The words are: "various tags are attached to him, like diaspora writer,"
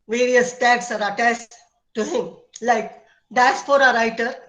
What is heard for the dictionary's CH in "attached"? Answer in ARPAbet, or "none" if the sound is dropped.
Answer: S